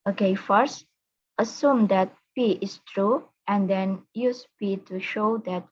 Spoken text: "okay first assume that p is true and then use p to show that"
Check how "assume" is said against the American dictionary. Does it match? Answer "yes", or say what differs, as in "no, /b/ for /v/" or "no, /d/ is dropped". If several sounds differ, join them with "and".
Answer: yes